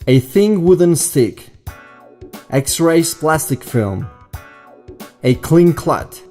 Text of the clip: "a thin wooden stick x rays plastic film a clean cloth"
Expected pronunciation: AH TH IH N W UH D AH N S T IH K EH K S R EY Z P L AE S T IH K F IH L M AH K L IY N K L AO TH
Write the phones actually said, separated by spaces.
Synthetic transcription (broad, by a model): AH TH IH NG W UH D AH N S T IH K EH K S R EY S P L AE S T IH K F IH L M AH K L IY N K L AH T